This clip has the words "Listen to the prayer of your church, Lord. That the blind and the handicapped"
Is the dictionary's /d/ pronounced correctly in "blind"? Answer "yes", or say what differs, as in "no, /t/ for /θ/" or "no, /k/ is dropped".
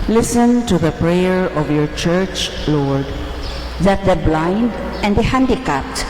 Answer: yes